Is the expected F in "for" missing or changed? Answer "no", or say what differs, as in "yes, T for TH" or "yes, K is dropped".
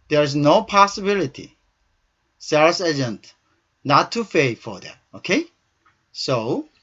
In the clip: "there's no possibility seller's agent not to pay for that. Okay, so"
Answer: no